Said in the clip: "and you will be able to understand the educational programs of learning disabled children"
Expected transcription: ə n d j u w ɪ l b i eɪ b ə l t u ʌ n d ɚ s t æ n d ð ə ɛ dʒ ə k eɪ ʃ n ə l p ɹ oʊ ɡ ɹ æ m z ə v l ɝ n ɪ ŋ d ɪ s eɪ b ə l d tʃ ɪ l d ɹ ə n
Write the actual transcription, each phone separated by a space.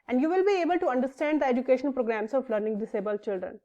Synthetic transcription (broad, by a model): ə n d j u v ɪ l b i eɪ b ə l t u ʌ n d ɚ s t æ n d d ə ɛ dʒ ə k eɪ ʃ ə n p ɹ oʊ ɡ ɹ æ m s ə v l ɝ n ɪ ŋ d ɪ s eɪ b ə l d tʃ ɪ l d ɹ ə n